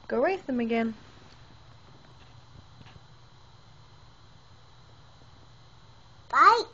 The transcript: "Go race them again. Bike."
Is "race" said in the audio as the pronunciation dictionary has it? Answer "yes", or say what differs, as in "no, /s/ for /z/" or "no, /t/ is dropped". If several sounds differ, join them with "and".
no, /w/ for /ɹ/